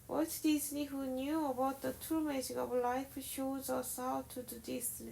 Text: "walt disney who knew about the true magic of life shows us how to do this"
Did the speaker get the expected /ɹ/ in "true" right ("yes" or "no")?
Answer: no